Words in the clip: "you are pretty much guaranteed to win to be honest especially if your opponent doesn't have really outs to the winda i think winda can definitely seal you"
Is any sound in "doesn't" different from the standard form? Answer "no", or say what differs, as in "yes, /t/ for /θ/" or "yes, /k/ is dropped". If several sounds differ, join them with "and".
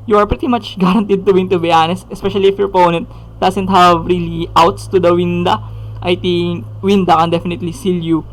yes, /s/ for /z/